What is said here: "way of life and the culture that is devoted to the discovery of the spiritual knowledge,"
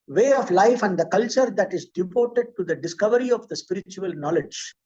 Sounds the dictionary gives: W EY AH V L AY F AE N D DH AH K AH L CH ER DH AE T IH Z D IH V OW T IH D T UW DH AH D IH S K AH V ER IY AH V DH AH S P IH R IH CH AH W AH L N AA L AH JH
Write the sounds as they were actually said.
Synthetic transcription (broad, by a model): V EY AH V L AY F AE N D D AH K AH L CH ER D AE T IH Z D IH P OW T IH D T UW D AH D IH S K AH V ER IY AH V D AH S P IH R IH CH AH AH L N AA L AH JH